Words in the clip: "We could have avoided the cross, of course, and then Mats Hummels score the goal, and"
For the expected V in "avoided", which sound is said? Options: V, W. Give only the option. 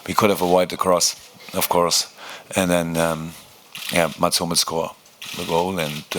W